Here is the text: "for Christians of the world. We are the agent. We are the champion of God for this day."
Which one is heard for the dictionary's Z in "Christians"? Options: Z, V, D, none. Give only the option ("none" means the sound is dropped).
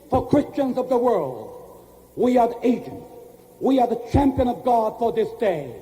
Z